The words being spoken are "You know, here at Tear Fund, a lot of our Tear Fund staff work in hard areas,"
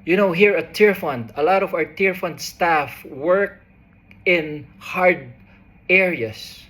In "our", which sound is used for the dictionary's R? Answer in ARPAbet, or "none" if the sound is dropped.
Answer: R